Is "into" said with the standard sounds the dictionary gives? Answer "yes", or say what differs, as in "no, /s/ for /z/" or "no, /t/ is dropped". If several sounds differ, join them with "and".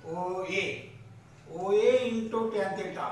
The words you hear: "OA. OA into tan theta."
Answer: no, /n/ is dropped